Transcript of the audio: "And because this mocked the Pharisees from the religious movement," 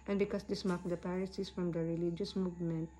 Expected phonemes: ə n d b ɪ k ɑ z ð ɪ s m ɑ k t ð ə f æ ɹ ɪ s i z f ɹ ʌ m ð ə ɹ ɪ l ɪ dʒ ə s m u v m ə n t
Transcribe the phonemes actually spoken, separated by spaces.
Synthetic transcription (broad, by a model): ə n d b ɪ k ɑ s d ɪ s m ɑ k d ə p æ ɹ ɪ s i s f ɹ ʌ m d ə ɹ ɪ l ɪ dʒ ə s m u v m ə n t